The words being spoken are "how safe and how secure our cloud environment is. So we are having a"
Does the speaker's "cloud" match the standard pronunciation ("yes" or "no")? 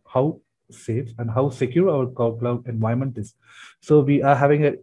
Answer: no